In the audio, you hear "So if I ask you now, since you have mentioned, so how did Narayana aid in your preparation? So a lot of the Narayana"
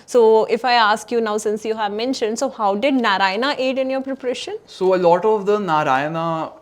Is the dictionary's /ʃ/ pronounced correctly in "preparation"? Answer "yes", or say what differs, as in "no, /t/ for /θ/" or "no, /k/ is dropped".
yes